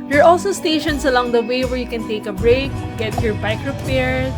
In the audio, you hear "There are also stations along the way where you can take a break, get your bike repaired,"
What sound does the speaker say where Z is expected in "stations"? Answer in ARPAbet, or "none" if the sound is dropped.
S